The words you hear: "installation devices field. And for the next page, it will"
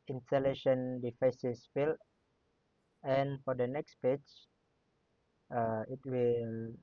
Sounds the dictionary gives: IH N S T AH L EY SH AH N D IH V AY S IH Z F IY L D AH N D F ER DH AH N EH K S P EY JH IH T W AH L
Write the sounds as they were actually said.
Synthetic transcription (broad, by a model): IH N S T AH L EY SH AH N D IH F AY S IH S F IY L AH N F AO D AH N EH K S P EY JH IH T W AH L